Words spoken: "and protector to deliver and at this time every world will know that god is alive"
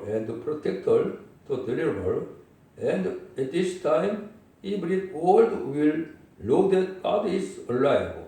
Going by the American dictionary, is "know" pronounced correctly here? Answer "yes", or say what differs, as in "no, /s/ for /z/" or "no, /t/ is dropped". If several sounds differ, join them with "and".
no, /l/ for /n/